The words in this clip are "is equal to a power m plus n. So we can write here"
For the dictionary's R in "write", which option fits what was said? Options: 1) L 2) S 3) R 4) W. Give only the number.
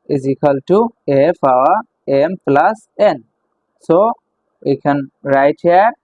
3